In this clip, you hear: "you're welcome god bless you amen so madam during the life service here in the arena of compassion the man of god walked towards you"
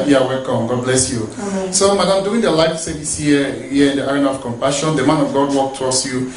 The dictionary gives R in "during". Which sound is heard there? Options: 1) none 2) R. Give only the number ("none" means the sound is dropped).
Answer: 1